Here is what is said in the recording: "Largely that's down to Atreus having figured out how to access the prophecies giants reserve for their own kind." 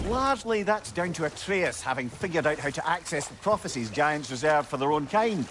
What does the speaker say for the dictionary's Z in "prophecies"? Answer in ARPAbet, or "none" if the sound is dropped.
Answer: Z